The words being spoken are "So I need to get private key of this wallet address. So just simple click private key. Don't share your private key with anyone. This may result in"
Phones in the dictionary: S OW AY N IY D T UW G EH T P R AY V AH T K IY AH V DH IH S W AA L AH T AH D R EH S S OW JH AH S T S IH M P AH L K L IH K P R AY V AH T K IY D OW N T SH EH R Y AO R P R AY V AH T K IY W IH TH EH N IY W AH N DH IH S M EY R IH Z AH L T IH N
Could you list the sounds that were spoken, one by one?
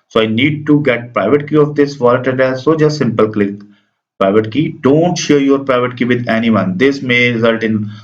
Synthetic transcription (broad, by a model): S OW AY N IY D T UW G EH T P R AY V AH T K IY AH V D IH S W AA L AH T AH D EH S S OW JH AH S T S IH M P AH L K L IH K P R AY V AH T K IY D OW N T SH EH R Y AO R P R AY V AH T K IY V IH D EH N IY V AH N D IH S M EY R IH Z AH L T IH N